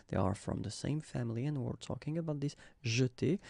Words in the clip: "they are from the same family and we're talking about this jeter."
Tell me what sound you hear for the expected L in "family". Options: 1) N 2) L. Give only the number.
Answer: 2